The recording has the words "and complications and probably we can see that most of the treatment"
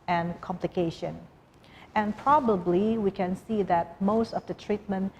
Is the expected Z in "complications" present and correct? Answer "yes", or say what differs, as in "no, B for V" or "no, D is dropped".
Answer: no, Z is dropped